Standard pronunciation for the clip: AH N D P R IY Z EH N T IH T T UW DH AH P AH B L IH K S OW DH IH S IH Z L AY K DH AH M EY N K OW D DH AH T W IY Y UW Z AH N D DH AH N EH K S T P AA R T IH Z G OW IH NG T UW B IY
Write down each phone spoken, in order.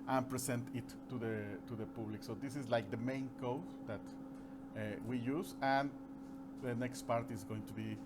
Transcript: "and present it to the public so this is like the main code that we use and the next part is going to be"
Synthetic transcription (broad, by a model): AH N P R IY S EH N T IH T T UW DH AH P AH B L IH K S OW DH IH S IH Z L AY K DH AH M EY N K OW D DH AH T W IY Y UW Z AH N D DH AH N EH K S T P AA R T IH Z G OW IH NG T UW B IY